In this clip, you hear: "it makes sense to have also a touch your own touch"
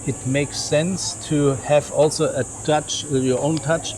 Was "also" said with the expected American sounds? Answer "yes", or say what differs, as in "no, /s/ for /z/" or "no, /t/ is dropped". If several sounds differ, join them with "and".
yes